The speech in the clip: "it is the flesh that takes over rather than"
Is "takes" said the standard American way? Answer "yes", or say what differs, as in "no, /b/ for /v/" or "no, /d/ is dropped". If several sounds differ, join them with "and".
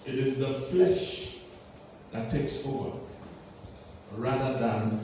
yes